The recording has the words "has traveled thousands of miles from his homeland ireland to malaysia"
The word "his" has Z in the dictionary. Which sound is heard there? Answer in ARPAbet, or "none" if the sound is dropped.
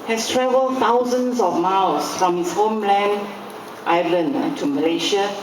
S